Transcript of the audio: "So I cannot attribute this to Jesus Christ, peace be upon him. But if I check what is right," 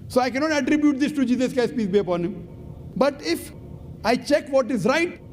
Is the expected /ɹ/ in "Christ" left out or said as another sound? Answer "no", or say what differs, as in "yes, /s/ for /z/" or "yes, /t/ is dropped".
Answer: yes, /ɹ/ is dropped